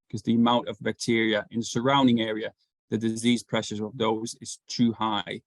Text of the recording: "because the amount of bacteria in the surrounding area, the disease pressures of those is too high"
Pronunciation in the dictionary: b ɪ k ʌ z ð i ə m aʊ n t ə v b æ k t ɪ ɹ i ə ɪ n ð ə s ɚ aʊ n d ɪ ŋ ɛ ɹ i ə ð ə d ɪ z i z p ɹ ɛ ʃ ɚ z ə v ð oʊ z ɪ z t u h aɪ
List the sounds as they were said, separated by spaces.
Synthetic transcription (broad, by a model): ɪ k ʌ z ð i ə m aʊ n t ə v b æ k t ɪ ɹ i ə ɪ n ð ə s ɚ aʊ n d ɪ ŋ ɛ ɹ i ə ð ə d ɪ z i z p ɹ ɛ ʃ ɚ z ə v ð oʊ z ɪ z t u h aɪ